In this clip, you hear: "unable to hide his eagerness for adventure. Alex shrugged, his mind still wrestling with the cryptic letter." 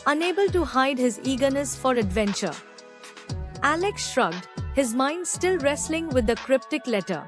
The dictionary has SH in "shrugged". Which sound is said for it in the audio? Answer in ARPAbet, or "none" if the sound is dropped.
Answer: SH